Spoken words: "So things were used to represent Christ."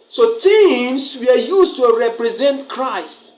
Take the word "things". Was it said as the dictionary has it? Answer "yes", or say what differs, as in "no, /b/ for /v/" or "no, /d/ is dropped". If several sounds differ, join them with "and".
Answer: no, /t/ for /θ/